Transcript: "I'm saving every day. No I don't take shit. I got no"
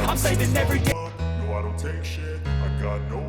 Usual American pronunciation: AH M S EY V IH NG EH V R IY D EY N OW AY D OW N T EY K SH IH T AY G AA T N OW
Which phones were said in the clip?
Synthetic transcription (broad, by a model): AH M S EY IH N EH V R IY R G N OW AY D OW N T EY K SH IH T AY G AA T N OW